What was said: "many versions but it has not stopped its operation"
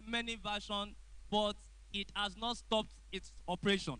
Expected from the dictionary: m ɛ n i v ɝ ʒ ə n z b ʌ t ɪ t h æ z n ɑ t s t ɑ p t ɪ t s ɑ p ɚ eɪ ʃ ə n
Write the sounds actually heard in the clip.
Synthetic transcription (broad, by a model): m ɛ n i v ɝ ʃ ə n b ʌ t ɪ t h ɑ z n ɑ t s t ɑ p t ɪ t s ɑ p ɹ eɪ ʃ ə n